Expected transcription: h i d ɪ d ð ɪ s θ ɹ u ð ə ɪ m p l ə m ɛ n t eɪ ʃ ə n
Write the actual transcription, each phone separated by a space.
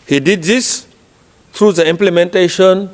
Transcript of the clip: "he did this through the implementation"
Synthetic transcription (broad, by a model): h i d ɪ d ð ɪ s t ɹ u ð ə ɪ m p l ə m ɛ n t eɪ ʃ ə n